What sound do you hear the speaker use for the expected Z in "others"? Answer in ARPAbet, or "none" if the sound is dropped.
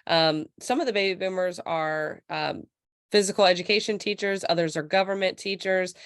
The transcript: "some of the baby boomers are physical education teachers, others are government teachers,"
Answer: Z